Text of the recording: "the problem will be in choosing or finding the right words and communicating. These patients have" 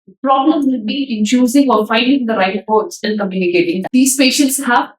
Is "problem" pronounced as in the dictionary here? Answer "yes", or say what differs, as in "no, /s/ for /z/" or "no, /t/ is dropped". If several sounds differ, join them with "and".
yes